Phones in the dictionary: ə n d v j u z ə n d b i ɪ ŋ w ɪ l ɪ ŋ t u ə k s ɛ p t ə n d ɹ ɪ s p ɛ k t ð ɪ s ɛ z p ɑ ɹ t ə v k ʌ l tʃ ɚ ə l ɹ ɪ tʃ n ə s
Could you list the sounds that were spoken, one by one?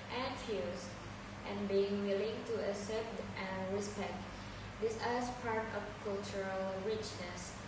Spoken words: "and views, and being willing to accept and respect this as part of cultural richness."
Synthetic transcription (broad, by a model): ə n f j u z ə n b i ɪ ŋ w ɪ l ɪ ŋ t u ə s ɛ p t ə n ɹ ɪ s p ɛ k t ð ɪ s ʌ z p ɑ ɹ t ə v k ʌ l tʃ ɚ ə l ɹ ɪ tʃ n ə s